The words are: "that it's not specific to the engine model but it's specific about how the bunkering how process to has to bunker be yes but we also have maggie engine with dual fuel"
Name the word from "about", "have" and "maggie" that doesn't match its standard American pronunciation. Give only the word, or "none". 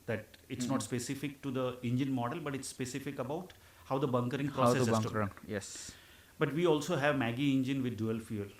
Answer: none